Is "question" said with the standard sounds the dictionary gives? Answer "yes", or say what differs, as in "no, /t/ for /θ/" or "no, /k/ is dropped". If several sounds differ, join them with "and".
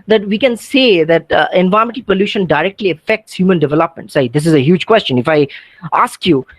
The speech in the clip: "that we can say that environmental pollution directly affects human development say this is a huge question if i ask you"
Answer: yes